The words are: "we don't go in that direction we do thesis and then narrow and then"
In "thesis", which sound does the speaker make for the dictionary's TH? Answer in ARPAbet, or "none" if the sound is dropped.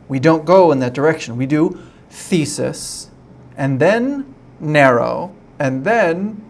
TH